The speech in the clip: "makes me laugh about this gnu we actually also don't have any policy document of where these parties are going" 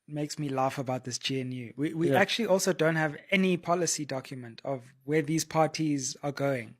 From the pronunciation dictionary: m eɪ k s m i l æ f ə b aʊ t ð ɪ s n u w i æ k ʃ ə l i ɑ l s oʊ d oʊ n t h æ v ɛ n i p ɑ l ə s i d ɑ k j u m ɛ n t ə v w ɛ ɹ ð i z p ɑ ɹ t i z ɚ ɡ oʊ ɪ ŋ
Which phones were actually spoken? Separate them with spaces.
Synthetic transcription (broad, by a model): m eɪ k s m i l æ f ə b aʊ t ð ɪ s n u w i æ k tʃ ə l i ɑ l s oʊ d oʊ n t h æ v ɛ n i p ɑ l ə s i d ɑ k j u m ɛ n t ə v w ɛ ð i z p ɑ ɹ t i z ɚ ɡ oʊ ɪ ŋ